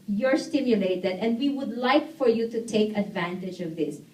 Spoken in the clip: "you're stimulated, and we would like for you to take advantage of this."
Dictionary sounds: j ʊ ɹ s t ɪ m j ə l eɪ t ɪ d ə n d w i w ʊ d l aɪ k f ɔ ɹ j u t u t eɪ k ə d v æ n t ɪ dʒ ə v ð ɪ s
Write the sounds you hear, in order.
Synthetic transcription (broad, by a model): j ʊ ɹ s t ɪ m j ə l eɪ t ɪ d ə n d w i w ʊ d l aɪ k f ɔ ɹ j u t u t eɪ k ə d v æ n t ɪ dʒ ə v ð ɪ s